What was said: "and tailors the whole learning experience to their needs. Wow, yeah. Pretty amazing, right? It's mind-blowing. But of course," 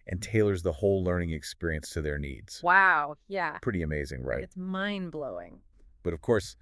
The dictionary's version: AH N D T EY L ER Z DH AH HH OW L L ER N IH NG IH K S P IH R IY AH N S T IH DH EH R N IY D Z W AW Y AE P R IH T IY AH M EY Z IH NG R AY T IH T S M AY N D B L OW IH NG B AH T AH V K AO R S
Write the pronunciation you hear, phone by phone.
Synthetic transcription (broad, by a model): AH N T EY L ER Z DH AH HH OW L L ER N IH NG IH K S P IH R IY AH N S T IH DH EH R N IY D Z W AW Y AE P R IH T IY AH M EY Z IH NG R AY IH T S M AY N B L OW IH NG B AH T AH V K AO R S